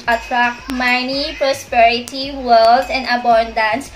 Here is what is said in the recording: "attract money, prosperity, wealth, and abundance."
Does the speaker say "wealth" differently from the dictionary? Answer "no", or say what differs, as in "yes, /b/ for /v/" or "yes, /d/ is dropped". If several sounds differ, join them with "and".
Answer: yes, /s/ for /θ/